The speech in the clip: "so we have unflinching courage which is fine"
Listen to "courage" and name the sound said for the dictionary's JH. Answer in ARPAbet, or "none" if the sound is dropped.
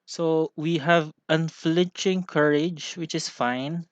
JH